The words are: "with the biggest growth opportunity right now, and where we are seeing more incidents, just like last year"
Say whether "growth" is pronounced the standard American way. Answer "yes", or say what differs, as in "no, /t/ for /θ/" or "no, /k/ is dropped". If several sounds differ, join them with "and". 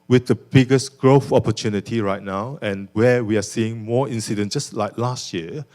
no, /f/ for /θ/